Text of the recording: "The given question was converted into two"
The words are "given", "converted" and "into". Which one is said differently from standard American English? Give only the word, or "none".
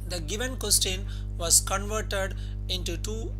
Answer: none